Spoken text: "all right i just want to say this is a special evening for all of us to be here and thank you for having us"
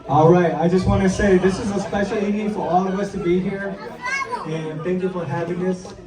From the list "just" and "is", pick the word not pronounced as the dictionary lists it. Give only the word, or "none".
none